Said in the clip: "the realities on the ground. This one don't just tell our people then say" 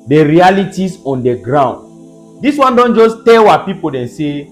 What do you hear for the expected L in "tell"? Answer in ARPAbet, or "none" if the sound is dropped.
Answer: W